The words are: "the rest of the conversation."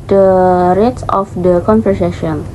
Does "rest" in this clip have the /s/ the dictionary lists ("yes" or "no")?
no